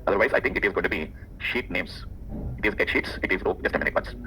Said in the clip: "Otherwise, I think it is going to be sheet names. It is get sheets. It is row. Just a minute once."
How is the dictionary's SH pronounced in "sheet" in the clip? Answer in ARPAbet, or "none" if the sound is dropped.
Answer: SH